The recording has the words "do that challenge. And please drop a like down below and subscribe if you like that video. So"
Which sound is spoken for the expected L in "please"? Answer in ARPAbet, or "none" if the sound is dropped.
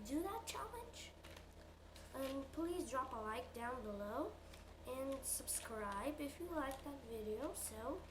L